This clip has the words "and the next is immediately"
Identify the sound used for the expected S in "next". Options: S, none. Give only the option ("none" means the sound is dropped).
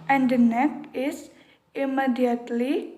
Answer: none